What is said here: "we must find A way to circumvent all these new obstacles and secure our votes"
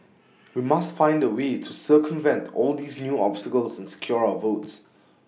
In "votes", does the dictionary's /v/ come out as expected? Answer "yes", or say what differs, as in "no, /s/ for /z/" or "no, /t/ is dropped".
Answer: yes